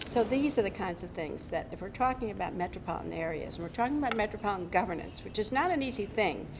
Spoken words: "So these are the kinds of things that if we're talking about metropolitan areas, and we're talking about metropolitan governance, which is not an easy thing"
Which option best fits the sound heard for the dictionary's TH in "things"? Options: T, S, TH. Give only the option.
TH